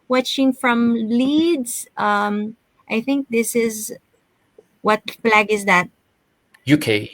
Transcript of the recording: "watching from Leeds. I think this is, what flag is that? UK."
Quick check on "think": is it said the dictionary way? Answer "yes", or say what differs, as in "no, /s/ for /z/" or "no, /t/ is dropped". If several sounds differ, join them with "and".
yes